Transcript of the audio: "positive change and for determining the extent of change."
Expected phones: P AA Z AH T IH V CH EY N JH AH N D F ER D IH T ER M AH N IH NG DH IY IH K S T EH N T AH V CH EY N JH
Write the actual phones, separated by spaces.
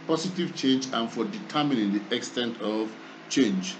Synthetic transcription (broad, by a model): P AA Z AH T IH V CH EY N JH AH N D F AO D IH T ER M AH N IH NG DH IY IH K S T EH N T AH V CH EY N JH